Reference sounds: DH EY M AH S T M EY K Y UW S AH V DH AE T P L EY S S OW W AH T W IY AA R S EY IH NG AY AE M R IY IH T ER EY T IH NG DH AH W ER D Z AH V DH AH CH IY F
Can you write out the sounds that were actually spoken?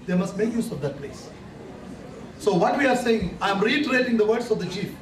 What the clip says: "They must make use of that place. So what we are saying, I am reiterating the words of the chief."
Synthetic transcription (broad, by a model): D EY M AH S T M EY K Y UW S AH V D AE T P L EY S S OW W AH T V IY AA R S EY IH NG AY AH M R IY IH T ER EY T IH NG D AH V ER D S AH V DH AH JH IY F